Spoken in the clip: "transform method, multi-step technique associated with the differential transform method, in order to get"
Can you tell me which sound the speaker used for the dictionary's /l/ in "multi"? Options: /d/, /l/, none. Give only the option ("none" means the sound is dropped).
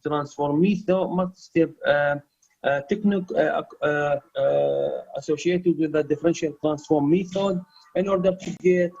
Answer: none